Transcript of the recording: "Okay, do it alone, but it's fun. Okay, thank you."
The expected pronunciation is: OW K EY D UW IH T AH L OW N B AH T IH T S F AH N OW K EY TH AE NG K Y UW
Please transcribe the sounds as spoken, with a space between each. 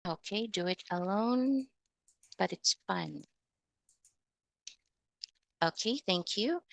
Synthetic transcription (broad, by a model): OW K EY D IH IH T AH L OW N B AH T IH T S F AH N OW K EY TH AE NG K Y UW